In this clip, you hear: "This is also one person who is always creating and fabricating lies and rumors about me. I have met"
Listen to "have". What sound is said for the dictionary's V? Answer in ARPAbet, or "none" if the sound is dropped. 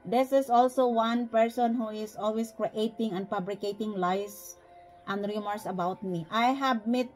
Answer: B